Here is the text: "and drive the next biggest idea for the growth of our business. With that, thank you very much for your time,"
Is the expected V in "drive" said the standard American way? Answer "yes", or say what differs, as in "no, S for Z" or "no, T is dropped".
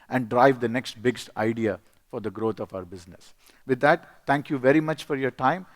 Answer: yes